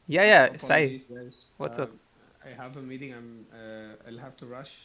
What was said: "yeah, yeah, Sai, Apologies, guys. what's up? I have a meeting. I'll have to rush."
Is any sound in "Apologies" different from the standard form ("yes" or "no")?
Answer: yes